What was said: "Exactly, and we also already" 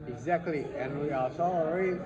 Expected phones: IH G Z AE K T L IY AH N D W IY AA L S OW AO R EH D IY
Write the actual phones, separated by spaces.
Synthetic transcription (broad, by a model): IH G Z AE K T L IY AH N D W IY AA S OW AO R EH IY